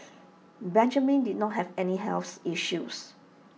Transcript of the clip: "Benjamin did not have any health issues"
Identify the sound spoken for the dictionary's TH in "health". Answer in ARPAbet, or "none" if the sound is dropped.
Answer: S